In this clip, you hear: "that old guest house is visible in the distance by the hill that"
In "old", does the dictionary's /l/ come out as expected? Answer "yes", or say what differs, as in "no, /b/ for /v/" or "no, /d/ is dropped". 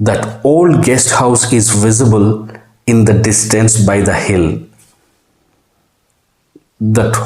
yes